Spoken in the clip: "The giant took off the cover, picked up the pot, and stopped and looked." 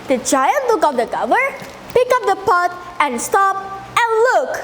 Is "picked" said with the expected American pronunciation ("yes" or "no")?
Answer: no